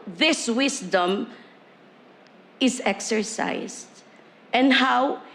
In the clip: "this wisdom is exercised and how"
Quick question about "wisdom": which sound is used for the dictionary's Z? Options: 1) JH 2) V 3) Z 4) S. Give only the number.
4